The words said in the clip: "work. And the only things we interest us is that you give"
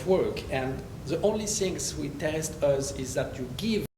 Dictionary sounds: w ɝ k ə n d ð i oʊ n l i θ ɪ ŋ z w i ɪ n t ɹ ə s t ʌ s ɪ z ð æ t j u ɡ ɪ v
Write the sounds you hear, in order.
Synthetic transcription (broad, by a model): w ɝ k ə n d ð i oʊ n l i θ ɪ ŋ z w i t ə s t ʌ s ɪ z ð æ t j u ɡ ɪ v